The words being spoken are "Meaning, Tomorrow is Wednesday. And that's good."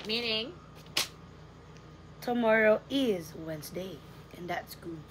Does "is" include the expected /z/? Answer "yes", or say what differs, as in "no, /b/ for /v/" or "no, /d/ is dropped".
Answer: yes